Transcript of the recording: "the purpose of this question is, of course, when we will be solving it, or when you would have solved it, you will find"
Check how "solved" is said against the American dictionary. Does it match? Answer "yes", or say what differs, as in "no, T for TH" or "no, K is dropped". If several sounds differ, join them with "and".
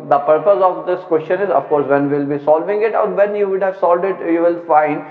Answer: no, V is dropped